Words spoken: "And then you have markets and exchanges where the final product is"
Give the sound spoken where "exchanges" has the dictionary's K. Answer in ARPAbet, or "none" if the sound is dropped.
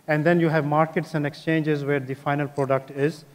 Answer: K